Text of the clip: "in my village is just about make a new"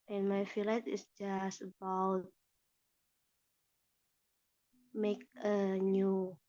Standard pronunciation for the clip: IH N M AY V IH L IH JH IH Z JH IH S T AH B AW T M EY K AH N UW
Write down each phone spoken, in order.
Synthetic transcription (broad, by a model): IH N M AY F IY L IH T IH S JH IH S T AH B AW T M EY K AH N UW